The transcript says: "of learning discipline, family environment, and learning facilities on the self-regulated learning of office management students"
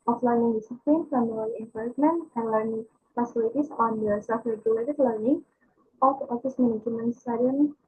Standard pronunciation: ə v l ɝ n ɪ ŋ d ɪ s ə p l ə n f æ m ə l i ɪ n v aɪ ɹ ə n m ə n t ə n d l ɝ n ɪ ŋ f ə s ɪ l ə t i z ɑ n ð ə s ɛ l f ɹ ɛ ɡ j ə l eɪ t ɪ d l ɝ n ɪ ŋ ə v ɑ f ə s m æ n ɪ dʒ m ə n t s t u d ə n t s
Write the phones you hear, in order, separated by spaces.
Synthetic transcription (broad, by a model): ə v l ɝ n ɪ ŋ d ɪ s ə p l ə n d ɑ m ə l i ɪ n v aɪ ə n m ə n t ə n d l ɝ n ɪ ŋ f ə s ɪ l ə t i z ɑ n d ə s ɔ f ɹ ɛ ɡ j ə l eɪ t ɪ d l ɝ n ɪ ŋ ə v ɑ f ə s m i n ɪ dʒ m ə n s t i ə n